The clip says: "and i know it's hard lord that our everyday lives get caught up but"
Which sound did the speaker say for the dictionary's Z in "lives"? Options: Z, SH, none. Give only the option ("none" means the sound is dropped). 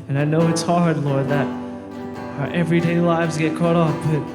Z